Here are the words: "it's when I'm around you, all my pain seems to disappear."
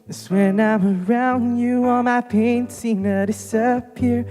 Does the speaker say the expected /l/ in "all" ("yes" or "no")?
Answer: no